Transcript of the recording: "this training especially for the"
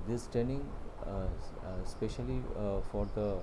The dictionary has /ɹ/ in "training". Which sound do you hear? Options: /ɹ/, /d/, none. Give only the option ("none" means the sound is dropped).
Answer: none